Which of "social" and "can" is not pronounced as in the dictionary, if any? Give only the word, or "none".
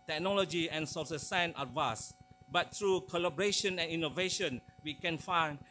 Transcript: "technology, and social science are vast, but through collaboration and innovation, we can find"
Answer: social